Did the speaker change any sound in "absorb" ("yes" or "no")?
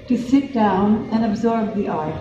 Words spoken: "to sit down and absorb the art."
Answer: no